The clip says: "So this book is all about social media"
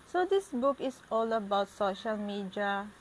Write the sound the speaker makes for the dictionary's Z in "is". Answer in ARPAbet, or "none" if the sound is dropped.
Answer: S